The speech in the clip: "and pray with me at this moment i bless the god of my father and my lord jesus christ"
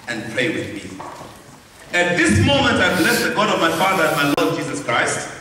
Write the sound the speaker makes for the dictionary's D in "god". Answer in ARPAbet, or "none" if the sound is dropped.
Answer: D